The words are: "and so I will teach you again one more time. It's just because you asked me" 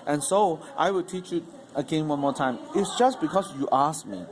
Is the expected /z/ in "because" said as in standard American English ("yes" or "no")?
no